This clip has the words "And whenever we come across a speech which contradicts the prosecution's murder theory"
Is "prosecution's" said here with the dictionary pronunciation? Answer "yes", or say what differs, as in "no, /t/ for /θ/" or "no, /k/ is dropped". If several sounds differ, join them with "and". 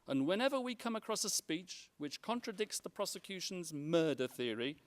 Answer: yes